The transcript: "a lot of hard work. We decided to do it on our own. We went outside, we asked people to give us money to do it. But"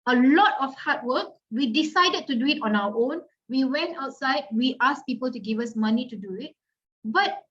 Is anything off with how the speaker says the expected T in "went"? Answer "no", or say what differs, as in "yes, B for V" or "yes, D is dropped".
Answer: no